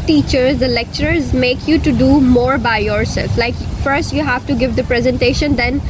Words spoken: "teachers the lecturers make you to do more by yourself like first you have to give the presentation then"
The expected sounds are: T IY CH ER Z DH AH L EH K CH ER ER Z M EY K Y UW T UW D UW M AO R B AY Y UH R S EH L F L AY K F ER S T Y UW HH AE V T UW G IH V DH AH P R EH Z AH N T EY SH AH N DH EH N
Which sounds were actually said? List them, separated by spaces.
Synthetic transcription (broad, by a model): T IY CH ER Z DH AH L EH K CH ER ER Z M EY K Y UW T UW D UW M AO R B AY Y UH R S EH L F L AY K F ER S T Y UW HH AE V T UW G IH V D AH P R EH Z AH N T EY SH AH N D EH N